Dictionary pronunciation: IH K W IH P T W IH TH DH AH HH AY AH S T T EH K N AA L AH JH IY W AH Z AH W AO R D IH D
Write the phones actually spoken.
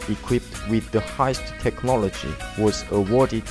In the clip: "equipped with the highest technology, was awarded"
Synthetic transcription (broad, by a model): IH K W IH P T W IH DH AH HH AY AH S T T EH K N AA L AH JH IY W AH Z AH W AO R D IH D